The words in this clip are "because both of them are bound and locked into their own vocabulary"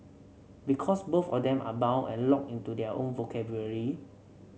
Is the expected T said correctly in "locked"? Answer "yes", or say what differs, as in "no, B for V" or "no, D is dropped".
no, T is dropped